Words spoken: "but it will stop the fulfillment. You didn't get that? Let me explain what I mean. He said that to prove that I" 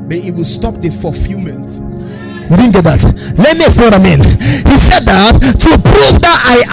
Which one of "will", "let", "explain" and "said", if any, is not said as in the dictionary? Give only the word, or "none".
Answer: explain